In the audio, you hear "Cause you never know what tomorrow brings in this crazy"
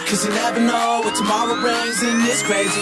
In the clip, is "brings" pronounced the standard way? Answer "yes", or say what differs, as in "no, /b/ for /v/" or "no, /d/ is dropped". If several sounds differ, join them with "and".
no, /ŋ/ is dropped